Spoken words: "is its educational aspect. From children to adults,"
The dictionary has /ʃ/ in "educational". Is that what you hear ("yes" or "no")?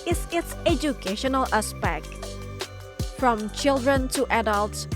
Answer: yes